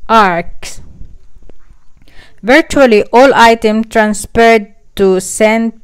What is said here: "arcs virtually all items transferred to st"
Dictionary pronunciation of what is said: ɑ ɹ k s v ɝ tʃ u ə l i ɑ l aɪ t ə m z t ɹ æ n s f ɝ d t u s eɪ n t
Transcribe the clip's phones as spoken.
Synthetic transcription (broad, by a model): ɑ ɹ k s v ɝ tʃ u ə l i ɑ l aɪ t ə m t ɹ æ n s f ɝ d t u s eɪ n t